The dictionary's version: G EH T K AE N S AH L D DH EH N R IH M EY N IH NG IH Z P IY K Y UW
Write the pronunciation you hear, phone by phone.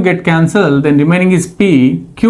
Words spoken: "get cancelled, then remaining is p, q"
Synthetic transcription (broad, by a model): G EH T K AE N S AH L D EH N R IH M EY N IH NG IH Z P IY K Y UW